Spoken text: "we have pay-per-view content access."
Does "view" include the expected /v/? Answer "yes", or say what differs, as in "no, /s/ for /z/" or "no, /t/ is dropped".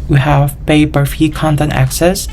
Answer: no, /f/ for /v/